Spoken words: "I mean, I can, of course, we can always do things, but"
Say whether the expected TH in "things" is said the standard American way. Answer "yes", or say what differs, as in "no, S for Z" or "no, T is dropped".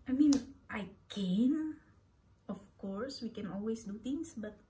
no, T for TH